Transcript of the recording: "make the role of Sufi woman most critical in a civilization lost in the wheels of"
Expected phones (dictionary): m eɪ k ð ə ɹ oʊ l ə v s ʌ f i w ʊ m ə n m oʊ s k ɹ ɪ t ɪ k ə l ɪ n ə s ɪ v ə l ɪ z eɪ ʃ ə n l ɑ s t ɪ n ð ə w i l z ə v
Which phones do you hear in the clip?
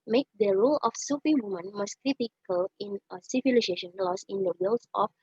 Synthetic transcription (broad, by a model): m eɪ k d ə ɹ oʊ l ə f s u p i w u m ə n m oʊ s k ɹ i t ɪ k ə l ɪ n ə s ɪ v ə l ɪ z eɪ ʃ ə n l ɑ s ɪ n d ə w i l s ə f